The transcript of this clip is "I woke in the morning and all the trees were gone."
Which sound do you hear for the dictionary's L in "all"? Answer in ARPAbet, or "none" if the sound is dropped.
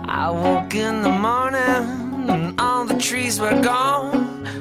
N